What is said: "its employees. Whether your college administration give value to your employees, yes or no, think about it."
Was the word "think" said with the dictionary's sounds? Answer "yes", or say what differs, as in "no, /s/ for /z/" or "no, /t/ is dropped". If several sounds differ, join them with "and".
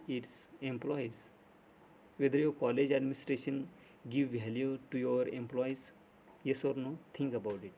no, /t/ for /θ/